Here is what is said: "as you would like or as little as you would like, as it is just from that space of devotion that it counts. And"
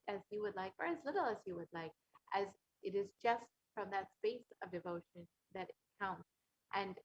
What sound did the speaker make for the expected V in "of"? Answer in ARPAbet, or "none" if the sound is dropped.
V